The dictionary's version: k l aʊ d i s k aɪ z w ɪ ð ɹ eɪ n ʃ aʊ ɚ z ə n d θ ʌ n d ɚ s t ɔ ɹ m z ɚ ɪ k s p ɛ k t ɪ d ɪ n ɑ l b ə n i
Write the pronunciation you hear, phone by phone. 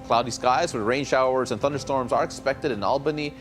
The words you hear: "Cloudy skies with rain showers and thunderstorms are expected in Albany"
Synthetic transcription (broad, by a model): k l aʊ d i s k aɪ z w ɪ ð ɹ eɪ n ʃ aʊ ɚ z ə n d θ ʌ n d ɚ s t ɔ ɹ m z ɚ ɪ k s p ɛ k t ɪ d ɪ n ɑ l b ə n i